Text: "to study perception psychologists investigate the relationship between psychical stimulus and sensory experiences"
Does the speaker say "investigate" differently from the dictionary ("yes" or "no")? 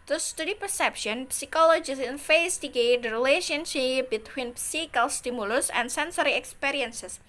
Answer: yes